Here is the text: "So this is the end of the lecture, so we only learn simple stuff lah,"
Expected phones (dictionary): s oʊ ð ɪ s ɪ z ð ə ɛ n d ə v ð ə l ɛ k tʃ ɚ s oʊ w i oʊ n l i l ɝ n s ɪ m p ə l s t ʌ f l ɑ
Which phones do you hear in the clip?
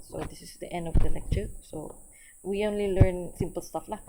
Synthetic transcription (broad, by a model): s oʊ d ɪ s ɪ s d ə ɛ n d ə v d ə l ɛ k tʃ ɚ s oʊ w i oʊ n l i l ɝ n s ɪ m p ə l s t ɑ f l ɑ